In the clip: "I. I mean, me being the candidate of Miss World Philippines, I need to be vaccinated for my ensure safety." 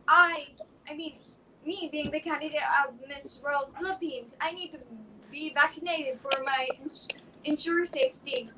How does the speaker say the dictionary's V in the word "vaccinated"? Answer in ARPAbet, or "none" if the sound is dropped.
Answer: V